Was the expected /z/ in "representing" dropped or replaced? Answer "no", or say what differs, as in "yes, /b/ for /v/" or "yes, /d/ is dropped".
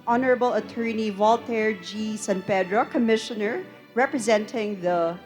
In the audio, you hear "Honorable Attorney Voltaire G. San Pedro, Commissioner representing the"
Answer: no